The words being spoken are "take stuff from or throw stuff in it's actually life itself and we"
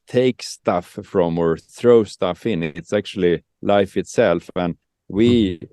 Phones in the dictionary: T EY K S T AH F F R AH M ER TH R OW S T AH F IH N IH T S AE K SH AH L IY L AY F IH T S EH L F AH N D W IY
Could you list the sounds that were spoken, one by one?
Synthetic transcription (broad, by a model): T EY K S T AH F F R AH M ER TH R OW S T AH F IH N IH T S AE K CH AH L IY L AY F IH T S EH L F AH N W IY